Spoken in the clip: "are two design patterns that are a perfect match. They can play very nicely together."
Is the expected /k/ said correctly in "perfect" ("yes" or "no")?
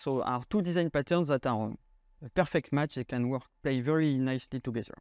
yes